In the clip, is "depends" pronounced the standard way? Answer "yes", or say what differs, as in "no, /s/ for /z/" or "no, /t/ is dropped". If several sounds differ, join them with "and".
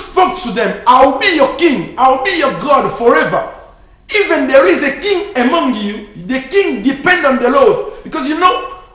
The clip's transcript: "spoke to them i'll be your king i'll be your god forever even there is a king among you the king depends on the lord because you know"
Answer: no, /z/ is dropped